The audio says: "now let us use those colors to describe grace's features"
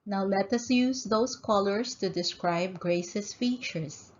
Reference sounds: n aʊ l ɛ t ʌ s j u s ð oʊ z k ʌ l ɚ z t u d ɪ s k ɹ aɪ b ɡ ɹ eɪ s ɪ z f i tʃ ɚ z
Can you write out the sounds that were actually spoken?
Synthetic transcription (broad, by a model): n aʊ l ɛ t ʌ s j u s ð oʊ s k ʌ l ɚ s t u d ɪ s k ɹ aɪ b ɡ ɹ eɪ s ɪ s f i tʃ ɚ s